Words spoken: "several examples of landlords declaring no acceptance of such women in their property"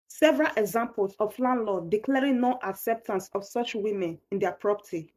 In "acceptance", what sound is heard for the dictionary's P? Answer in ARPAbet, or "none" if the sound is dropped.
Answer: P